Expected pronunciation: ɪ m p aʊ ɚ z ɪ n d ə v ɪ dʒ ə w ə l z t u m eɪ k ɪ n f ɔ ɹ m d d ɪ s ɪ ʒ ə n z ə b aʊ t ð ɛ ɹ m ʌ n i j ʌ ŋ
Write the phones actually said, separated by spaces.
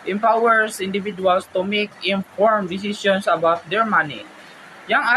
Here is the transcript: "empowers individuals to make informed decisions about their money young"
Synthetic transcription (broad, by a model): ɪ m p aʊ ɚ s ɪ n d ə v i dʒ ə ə l s t u m eɪ k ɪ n f ɔ ɹ m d d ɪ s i s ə n s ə b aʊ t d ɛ ɹ m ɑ n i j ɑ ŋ